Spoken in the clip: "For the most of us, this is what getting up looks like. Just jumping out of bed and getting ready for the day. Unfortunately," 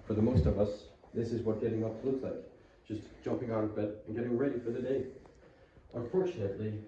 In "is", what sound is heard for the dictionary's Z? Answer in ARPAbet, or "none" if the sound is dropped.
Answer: Z